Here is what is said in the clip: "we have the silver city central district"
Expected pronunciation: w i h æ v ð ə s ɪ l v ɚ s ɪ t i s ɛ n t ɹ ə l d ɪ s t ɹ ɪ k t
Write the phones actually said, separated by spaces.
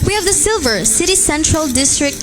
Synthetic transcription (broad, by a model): w i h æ v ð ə s ɪ l v ɚ s ɪ t i s ɛ n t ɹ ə l d ɪ s t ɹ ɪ k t